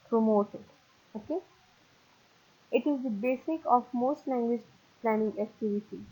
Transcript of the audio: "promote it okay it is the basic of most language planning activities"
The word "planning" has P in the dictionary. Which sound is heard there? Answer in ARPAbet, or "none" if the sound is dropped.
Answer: P